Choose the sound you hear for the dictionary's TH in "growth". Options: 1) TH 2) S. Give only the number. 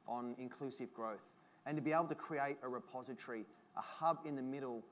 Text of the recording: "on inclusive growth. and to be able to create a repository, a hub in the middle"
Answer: 1